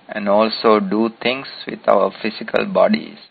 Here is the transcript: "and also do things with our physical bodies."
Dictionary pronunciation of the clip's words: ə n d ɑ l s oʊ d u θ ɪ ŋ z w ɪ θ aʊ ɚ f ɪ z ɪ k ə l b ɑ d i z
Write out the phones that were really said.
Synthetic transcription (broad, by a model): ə n d ɑ l s oʊ d u t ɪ ŋ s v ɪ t aʊ ɚ f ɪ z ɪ k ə l b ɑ d i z